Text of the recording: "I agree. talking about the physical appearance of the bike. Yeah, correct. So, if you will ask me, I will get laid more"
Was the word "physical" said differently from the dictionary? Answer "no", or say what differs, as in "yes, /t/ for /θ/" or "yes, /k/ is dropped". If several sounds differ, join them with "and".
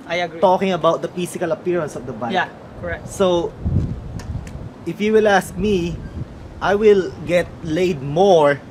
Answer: yes, /s/ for /z/